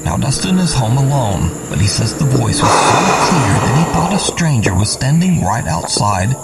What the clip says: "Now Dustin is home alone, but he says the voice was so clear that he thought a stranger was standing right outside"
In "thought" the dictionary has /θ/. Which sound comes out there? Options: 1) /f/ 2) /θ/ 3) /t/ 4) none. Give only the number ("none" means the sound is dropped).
2